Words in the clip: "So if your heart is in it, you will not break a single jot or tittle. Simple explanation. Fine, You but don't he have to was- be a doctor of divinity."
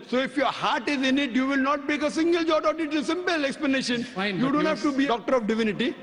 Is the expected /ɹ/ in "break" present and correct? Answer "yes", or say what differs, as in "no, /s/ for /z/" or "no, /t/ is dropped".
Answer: no, /ɹ/ is dropped